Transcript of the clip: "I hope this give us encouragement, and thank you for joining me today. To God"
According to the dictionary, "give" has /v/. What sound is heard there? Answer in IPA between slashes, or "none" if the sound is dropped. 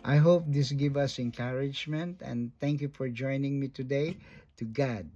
/v/